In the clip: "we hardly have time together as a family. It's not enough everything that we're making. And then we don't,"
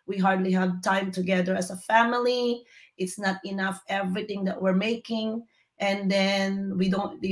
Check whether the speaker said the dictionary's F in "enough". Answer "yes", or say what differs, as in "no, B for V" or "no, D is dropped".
yes